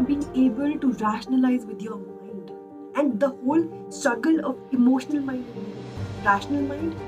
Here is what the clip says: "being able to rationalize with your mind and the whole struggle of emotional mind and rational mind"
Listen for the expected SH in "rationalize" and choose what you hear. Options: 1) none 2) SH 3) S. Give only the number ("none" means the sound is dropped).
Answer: 2